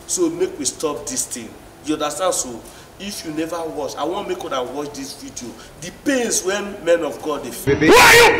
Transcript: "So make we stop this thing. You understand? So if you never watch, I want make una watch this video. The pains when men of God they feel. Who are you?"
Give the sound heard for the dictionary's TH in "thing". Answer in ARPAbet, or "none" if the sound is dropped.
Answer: T